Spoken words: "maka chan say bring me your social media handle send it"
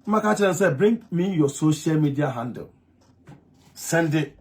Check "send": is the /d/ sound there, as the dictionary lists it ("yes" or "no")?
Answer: yes